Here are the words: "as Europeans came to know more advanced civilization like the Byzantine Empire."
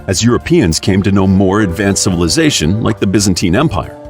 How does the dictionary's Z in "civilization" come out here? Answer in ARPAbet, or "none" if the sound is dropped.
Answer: Z